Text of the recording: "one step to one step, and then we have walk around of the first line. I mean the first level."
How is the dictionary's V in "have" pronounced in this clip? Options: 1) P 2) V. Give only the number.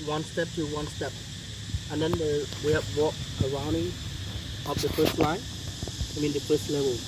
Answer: 1